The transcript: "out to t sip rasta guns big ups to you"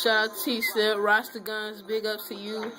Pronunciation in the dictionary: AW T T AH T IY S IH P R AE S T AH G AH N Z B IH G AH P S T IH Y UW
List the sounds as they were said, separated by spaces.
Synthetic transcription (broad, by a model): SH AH T IY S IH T R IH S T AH G AH N Z B IH G AH P T IH Y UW